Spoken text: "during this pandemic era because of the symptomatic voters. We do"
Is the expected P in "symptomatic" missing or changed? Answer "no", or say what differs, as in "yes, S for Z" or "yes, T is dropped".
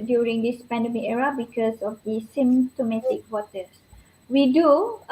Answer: yes, P is dropped